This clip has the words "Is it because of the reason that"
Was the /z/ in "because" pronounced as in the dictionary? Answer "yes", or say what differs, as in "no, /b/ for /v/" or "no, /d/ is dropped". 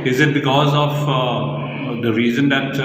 yes